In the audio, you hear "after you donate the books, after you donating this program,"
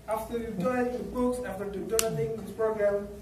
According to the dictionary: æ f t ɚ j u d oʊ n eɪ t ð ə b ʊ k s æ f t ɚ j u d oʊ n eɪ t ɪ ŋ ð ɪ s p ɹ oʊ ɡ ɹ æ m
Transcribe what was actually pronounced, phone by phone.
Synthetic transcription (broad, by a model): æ f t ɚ j u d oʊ ɪ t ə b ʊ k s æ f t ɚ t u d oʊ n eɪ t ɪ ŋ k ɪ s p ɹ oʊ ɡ ɹ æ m